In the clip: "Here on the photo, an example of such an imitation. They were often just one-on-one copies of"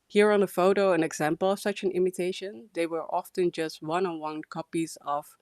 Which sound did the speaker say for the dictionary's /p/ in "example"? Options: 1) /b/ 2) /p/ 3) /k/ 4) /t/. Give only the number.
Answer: 2